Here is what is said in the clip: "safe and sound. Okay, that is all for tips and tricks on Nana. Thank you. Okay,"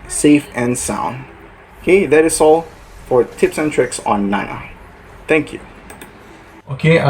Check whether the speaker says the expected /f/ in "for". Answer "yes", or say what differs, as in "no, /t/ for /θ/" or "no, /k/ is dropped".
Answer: yes